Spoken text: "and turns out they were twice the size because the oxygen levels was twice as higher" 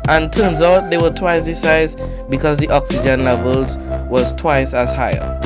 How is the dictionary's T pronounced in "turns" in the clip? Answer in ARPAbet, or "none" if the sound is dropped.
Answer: T